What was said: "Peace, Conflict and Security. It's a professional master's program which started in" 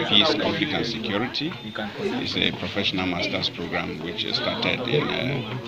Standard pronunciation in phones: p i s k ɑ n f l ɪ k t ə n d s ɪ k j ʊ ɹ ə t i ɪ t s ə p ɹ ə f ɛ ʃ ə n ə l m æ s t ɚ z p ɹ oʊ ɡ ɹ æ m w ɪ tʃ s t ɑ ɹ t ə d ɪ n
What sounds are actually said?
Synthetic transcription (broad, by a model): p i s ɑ f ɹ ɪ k ə n s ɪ k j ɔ ɹ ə t i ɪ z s ə p ɹ ə f ɛ ʃ ə n ə l m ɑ s t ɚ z p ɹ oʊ ɡ ɹ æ m w ɪ tʃ s t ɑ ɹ t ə d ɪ n